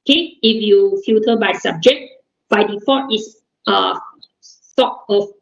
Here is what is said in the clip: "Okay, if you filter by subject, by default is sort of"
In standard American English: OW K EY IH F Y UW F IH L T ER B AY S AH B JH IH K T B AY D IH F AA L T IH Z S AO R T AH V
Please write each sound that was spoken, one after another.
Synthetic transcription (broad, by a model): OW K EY IH F Y UW F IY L T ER B AY S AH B JH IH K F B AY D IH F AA T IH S S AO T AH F